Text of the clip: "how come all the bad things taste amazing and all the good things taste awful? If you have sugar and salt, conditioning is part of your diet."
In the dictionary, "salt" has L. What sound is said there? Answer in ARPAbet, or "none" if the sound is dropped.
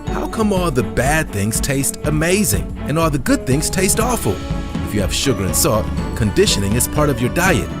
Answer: none